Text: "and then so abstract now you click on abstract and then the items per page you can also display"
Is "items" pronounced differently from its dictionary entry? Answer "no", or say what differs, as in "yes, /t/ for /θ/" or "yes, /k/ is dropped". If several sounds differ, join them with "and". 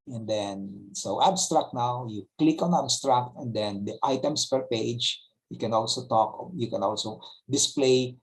yes, /s/ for /z/